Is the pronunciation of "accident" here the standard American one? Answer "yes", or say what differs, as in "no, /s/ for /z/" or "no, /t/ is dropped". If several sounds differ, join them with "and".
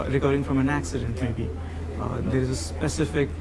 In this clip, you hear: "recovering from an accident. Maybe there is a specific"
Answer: yes